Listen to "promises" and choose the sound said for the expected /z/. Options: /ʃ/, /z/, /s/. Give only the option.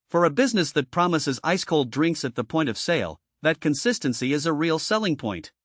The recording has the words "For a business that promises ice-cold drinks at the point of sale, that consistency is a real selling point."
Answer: /z/